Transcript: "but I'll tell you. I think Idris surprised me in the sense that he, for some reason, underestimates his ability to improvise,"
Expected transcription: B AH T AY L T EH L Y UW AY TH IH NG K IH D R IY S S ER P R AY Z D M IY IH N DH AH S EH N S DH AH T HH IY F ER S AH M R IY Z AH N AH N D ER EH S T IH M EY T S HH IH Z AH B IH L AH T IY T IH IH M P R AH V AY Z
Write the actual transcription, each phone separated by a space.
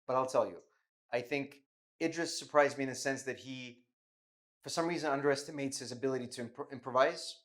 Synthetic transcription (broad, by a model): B AH T AY L T EH L Y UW AY TH IH NG K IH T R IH S S ER P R AY Z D M IY IH N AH S EH N S DH AH T HH IY F ER S AH M R IY Z AH N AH N D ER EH S T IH M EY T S HH IH Z AH B IH L AH T IY T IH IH M P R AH V AY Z